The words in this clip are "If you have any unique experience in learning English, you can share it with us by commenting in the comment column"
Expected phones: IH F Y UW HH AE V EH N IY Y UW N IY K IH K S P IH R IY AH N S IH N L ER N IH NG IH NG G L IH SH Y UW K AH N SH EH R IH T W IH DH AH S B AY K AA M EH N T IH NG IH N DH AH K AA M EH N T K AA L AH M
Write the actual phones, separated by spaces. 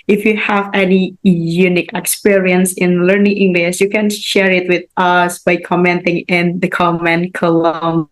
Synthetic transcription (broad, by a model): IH F Y UW HH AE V EH N IY Y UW N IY K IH K S P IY R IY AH N S IH N L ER N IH NG IH NG G L IH SH Y UW K AH N SH EH R IH T W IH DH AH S B AY K AA M EH N T IH NG IH N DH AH K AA M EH N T K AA L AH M